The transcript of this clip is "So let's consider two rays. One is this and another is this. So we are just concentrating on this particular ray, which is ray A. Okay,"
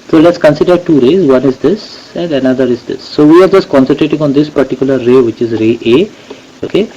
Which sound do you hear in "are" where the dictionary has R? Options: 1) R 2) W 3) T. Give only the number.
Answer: 1